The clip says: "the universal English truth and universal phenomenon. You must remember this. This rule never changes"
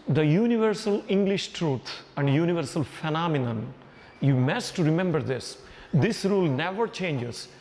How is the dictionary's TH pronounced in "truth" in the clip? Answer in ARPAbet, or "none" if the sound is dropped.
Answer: T